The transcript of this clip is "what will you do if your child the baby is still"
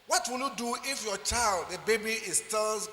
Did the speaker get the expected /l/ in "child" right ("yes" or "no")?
yes